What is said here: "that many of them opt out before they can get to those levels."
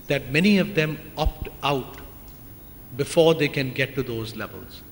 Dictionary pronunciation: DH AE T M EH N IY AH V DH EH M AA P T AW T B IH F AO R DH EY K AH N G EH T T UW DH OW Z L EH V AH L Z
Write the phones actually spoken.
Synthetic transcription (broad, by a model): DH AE T M EH N IY AH V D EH M AA P T AW T B IH F AO R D EY K AH N G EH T T UW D OW Z L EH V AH L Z